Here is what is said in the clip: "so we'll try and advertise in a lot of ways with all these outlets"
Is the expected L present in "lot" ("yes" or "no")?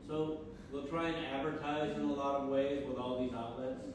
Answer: yes